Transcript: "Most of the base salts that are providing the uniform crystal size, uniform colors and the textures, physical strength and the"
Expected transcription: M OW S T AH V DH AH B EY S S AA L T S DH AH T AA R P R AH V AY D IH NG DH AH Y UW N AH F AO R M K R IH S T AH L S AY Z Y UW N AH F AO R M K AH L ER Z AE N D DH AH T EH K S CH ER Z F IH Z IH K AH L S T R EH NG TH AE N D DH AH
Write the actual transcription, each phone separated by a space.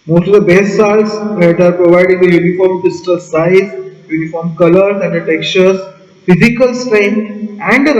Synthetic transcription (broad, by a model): M OW S T AH V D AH B EY S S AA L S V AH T AA R P R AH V AY D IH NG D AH Y UW N AH F AO R M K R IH S T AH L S AY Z Y UW N AH F AO R M K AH L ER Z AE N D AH T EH K CH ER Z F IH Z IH K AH L S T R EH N AE N D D